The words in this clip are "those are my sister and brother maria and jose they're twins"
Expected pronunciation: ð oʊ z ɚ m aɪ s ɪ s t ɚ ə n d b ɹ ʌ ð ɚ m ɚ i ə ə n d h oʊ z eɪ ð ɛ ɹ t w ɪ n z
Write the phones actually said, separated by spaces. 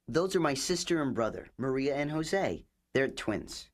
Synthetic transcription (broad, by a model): ð oʊ z ɚ m aɪ s ɪ s t ɚ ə n b ɹ ʌ ð ɚ m ɚ i ə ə n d h oʊ z eɪ ð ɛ ɹ t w ɪ n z